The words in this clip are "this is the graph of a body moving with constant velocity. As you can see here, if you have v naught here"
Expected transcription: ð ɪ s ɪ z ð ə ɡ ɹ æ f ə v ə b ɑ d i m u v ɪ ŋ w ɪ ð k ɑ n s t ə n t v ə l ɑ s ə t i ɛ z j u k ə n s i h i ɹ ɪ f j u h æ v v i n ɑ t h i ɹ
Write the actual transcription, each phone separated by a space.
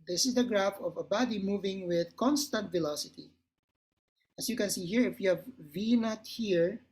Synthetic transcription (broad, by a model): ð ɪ s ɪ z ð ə ɡ ɹ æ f ə v ə b ɑ d i m u v ɪ ŋ w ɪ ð k ɑ n s t ə n t v ə l ɑ s ə t i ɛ s j u k ə n s i h i ɹ ɪ f j u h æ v v i n ɑ t h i ɹ